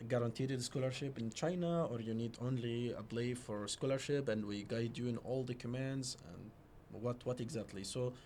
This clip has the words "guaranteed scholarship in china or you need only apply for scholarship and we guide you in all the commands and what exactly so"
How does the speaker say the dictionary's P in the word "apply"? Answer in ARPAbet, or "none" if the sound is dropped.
B